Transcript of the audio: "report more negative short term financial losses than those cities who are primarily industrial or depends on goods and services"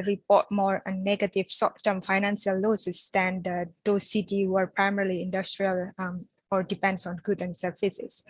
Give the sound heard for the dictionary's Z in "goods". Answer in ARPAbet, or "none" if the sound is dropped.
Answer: none